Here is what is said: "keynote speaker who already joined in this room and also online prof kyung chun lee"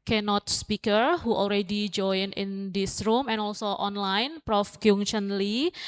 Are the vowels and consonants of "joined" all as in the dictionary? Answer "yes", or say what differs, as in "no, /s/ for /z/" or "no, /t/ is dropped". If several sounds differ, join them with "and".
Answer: no, /d/ is dropped